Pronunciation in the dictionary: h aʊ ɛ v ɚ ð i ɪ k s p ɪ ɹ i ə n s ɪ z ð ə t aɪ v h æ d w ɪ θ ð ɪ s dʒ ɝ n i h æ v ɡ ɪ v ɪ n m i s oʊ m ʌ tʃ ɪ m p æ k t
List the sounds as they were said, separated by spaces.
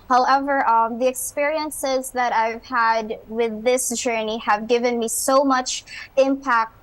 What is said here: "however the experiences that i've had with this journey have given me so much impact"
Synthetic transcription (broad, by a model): h aʊ ɛ v ɚ ð i ɪ k s p ɪ ɹ i ə n s ɪ z ð ə t aɪ v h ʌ d w ɪ ð ɪ s dʒ ɝ n i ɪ v ɡ ɪ v ɪ n m i s oʊ m ʌ tʃ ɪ m p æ k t